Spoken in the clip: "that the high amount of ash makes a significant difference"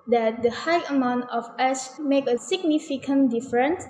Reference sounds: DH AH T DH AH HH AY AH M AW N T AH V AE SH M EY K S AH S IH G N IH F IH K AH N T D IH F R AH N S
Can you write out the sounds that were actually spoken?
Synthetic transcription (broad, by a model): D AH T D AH HH AY AH M AW N T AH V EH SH M EY K AH S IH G N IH F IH K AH N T D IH F R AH N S